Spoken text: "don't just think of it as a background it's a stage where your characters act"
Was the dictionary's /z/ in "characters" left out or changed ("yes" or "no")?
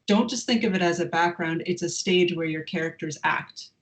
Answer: no